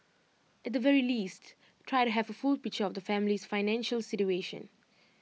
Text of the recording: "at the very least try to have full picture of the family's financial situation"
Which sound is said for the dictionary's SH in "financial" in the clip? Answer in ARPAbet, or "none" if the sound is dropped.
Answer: SH